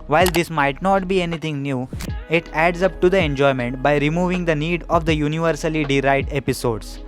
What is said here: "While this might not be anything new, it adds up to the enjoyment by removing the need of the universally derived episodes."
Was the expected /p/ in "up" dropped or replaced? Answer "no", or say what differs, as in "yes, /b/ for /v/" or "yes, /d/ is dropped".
no